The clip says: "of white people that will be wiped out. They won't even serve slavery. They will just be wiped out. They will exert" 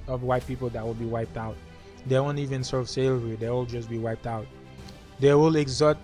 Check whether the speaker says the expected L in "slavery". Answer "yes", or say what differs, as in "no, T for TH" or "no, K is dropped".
no, L is dropped